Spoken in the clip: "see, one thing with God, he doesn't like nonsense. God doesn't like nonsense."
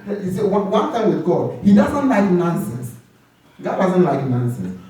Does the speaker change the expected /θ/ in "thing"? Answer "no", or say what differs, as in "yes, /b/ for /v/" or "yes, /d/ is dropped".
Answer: yes, /t/ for /θ/